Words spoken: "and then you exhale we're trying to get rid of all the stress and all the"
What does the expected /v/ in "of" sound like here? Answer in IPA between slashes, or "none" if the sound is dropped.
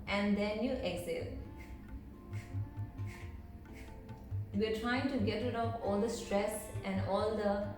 /p/